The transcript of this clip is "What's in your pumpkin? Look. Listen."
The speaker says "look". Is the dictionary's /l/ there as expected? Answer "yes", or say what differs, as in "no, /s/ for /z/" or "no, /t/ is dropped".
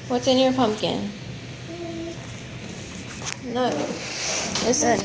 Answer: no, /n/ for /l/